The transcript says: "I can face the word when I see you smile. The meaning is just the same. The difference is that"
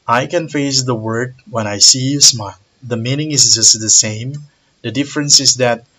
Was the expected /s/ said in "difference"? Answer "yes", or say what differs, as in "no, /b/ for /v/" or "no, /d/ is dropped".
yes